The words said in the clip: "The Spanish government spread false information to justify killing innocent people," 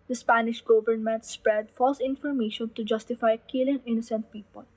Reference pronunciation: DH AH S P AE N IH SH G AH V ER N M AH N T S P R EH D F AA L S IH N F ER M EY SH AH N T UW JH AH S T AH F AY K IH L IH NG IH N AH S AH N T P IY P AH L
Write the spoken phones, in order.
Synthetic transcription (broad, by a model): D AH S P AE N IH SH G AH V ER N M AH N T S P R EH D F AA L S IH N F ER M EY SH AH N T UW JH AH S T AH F AY K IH L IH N IH N AH S AH N T P IY P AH L